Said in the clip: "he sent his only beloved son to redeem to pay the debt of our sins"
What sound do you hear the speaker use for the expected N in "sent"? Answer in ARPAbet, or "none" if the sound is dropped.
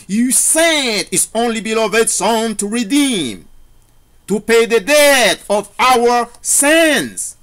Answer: none